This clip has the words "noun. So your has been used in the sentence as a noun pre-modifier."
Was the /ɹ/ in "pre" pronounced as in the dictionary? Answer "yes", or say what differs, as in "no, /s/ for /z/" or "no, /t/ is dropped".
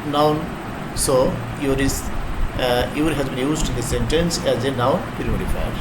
no, /ɹ/ is dropped